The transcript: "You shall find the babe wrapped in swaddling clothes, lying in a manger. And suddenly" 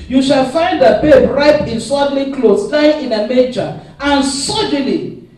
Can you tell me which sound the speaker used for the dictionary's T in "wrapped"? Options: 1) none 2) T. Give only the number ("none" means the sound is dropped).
1